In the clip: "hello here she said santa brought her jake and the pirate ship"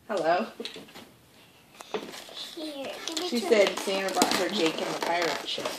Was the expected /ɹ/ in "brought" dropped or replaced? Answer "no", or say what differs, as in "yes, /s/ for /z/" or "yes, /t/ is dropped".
yes, /ɹ/ is dropped